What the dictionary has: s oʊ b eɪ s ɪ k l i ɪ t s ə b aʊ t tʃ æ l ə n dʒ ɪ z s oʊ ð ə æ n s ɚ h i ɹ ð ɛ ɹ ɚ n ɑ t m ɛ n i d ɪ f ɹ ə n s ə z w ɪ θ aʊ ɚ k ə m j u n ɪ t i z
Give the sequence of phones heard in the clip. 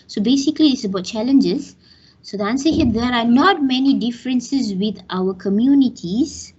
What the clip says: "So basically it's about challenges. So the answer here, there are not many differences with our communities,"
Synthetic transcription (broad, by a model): s oʊ b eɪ s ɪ k l i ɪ s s ə b aʊ t tʃ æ l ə n dʒ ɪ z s oʊ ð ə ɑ n s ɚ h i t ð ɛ ɹ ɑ n ɑ t m ɛ n i d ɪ f ɹ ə n s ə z w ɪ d aʊ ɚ k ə m j u n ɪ t i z